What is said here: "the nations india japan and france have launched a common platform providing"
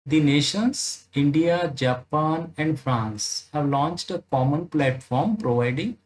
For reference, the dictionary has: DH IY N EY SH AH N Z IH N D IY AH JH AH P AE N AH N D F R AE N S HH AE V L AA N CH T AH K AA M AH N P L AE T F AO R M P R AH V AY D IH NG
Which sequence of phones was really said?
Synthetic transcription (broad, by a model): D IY N EY SH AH N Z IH N D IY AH JH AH P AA N AH N D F R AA N S HH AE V L AA N CH T AH K AA M AH N P L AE T F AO R M P R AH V AY D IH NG